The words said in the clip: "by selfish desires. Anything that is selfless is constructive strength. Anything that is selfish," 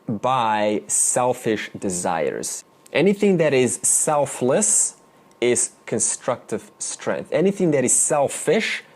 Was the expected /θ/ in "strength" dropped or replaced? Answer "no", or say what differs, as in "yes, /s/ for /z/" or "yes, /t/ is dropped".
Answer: no